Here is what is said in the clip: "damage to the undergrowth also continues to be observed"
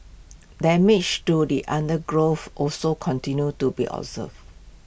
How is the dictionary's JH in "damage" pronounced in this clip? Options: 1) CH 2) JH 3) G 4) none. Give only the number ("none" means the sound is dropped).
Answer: 1